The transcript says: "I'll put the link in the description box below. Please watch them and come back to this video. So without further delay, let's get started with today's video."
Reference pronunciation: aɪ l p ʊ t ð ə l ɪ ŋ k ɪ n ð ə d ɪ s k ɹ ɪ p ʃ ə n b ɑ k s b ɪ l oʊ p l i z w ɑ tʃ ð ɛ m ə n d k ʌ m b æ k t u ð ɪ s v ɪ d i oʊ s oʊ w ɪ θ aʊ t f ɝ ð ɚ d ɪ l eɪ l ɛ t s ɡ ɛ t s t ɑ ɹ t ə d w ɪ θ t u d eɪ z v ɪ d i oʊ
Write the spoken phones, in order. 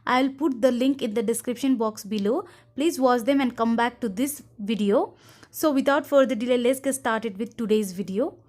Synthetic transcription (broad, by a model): aɪ l p ʊ t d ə l ɪ ŋ k ɪ n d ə d ɪ s k ɹ ɪ p ʃ ə n b ɑ k s b ɪ l oʊ p l i z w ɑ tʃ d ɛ m ə n d k ʌ m b æ k t u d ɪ s v ɪ d i oʊ s oʊ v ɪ t aʊ t f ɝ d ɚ d ɪ l eɪ l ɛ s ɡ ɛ s t ɑ ɹ t ə d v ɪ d t u d eɪ z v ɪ d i oʊ